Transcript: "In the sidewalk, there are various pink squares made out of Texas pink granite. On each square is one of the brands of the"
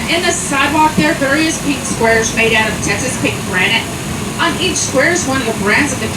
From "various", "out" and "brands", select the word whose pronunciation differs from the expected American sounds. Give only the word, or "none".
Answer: none